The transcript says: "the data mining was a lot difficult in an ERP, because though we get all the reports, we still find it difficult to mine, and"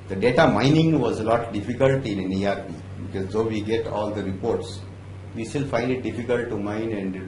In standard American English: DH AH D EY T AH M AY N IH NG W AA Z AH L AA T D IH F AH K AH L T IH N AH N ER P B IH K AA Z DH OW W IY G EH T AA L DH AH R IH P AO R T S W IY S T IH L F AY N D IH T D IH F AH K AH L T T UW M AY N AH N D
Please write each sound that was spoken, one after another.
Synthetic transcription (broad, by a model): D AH D EY T AH M AY N IH NG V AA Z AH L AA T D IH F AH K AH L T IH N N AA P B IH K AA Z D OW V IY G EH T AA L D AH R IH P AO R T S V IY S T IH L F AY N D IH T D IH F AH K AH L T T UW M AY N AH N D